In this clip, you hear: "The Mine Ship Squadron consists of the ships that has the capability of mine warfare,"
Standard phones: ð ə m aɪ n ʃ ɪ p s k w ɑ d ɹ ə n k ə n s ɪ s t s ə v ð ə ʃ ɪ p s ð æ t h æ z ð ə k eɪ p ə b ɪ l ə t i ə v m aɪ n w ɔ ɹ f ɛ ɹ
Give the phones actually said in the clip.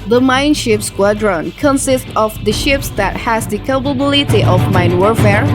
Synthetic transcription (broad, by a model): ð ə m aɪ n ʃ ɪ p s k w ɑ d ɹ ə n k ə n s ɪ s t ə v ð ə ʃ ɪ p s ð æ t h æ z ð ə k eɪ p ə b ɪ l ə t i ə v m aɪ n w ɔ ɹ f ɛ ɹ